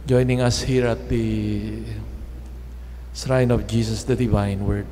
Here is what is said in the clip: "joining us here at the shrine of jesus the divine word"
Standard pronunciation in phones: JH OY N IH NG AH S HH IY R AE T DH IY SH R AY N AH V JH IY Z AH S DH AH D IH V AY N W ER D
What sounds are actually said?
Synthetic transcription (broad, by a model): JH OY N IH NG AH S HH IY R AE T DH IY S R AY N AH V JH IY S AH S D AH D IH V AY N W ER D